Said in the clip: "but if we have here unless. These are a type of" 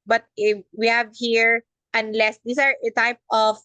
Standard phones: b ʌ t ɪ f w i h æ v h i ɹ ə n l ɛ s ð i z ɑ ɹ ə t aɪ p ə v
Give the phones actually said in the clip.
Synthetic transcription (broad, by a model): b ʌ t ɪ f w i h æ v h i ɹ ə n l ɛ s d i s ɑ ɹ ə t aɪ p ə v